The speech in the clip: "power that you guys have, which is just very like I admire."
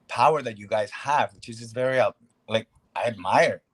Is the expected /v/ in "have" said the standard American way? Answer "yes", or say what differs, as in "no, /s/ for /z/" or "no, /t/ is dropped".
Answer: yes